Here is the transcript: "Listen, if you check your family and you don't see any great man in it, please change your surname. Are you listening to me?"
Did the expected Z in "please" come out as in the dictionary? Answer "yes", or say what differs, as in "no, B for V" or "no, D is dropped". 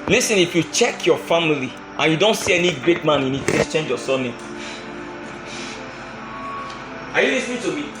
no, S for Z